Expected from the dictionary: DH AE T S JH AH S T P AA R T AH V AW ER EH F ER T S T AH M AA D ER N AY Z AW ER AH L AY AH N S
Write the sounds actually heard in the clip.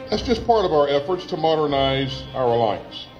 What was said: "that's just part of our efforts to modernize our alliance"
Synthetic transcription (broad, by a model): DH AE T S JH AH S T P AA R T AH V AW ER EH F ER T S T AH M AA D ER N AY Z AW ER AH L AY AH N S